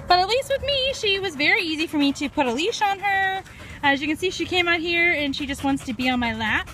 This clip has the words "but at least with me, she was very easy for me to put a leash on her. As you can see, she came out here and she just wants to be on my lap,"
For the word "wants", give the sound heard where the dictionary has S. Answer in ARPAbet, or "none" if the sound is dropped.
S